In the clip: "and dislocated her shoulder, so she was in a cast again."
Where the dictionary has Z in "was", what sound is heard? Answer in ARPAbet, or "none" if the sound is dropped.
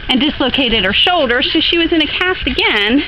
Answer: Z